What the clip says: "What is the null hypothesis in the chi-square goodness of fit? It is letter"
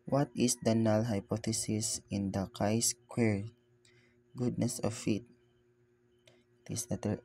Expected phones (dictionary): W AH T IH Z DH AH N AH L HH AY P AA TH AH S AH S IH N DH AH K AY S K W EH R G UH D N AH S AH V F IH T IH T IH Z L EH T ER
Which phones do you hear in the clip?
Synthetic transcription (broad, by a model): W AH T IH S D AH N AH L HH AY P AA T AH S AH S IH N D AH K AY S K W EH R G UH D N AH S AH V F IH T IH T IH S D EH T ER